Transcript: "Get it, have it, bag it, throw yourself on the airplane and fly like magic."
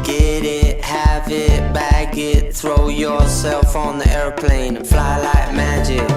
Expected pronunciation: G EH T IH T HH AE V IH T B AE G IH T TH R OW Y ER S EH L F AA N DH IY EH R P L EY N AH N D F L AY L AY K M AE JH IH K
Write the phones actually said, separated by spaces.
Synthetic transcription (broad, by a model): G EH T IH T HH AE V IH T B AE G IH T TH R OW Y ER S EH L F N DH IY EH R P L EY AH N F L AY L AY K M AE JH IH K